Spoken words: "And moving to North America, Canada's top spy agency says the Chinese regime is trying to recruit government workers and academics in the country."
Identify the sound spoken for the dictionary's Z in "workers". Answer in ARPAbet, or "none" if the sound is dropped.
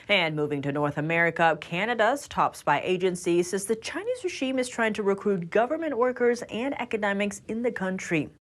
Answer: Z